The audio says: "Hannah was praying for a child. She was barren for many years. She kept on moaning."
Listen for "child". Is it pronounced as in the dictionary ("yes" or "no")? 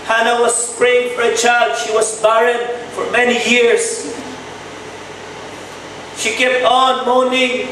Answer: yes